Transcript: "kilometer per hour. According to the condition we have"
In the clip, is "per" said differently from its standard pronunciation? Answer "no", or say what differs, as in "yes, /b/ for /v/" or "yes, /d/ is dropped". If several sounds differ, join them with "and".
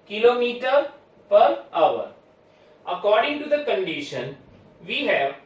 no